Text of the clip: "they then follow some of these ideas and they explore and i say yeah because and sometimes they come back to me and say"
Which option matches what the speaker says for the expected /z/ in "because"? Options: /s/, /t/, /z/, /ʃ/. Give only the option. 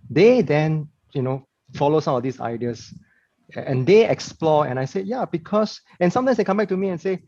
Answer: /s/